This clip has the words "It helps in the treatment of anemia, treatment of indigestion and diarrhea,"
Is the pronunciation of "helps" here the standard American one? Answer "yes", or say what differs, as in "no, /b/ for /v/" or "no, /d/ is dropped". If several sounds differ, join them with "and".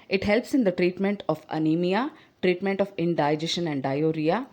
yes